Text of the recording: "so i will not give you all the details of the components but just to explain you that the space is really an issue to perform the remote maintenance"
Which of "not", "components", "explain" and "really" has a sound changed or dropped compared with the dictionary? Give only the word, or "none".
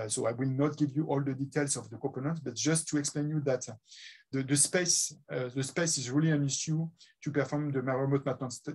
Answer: components